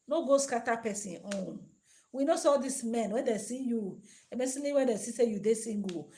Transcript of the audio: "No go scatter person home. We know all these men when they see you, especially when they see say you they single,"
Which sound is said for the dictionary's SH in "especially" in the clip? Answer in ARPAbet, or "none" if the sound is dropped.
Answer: S